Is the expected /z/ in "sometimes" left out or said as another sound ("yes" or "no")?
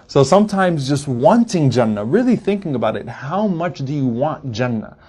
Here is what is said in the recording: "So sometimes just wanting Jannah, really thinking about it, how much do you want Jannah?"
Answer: no